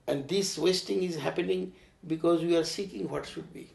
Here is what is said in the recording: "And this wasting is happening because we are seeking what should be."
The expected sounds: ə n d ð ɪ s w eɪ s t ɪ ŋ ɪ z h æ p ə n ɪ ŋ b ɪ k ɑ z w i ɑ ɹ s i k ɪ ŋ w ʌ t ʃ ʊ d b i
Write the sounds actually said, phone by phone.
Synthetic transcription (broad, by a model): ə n d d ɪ s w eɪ s t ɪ ŋ ɪ z h æ p ə n ɪ ŋ b ɪ k ɑ z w i ɑ ɹ s i k ɪ ŋ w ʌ t ʃ ʊ d b i